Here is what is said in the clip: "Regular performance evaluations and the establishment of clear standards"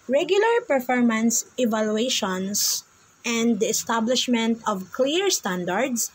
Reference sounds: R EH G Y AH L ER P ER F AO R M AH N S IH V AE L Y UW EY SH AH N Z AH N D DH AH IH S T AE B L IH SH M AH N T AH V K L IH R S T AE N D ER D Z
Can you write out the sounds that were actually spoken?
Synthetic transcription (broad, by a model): R EH G Y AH L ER P ER F AO R M AH N S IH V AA L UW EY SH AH N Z AH N D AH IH S T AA B L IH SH M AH N T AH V K L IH R S T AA N D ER D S